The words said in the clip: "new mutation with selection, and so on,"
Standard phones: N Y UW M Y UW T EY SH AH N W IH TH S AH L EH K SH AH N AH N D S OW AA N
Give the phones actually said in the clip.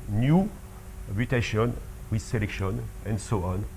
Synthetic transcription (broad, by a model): N Y UW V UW T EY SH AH N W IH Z S AH L EH K SH AH N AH N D S OW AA N